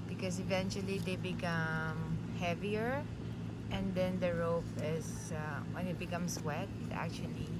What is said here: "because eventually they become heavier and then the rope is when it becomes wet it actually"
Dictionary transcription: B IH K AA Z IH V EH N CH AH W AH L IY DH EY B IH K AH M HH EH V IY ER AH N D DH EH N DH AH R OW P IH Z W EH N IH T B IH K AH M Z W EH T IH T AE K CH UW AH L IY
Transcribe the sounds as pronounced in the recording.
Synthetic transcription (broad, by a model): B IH K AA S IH V EH N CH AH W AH L IY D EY B IH K AH M HH EH V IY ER AH N D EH N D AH R OW F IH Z W EH N IH T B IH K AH M S W EH T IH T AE K CH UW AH L IY